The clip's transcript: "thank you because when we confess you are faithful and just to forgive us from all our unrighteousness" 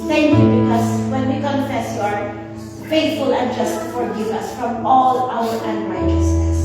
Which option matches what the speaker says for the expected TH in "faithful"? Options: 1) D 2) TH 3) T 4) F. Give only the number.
3